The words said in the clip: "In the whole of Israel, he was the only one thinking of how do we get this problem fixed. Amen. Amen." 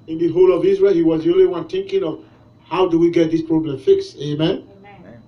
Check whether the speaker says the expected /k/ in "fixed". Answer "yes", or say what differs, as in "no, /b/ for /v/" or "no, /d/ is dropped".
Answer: yes